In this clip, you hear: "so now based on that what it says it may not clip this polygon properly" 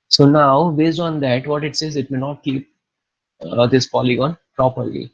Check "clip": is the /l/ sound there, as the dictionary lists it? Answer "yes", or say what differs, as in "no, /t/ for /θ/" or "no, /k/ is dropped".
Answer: no, /l/ is dropped